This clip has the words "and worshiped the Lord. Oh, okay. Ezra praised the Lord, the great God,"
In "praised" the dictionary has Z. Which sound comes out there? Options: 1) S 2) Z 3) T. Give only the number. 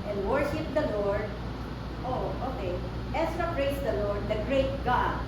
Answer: 1